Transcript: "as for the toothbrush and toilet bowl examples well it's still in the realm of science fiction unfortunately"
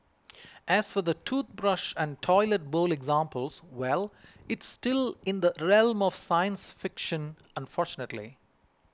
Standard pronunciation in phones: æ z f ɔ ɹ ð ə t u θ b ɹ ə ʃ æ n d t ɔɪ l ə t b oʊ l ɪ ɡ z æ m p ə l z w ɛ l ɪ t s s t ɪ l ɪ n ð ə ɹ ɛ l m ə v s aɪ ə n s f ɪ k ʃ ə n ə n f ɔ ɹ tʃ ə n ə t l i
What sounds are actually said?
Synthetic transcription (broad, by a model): æ z f ɔ ɹ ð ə t u t b ɹ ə ʃ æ n d t ɔɪ l ə t b oʊ l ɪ ɡ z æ m p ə l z w ɛ l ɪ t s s t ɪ l ɪ n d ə ɹ ɛ l m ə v s aɪ ə n s f ɪ k ʃ ə n ə n f ɔ ɹ tʃ ə n ə t l i